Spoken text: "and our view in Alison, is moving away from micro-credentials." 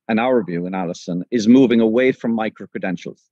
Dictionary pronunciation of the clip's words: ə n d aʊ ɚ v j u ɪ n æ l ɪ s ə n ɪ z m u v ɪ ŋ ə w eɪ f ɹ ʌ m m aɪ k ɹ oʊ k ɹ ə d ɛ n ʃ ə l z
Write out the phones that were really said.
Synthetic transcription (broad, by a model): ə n aʊ ɚ v j u ɪ n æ l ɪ s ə n ɪ z m u v ɪ ŋ ə w eɪ f ɹ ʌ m m aɪ k ɹ oʊ k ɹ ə d ɛ n ʃ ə l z